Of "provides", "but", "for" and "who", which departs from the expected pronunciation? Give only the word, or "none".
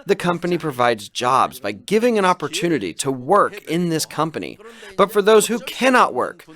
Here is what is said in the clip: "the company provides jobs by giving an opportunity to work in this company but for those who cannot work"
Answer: none